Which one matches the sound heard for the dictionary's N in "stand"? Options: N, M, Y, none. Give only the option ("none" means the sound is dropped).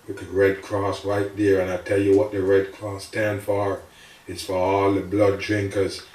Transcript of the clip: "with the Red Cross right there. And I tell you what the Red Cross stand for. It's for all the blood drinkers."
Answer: N